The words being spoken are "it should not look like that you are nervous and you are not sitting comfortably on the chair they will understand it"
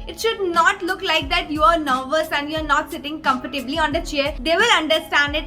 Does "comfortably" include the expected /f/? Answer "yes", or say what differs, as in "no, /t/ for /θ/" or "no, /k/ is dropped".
no, /p/ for /f/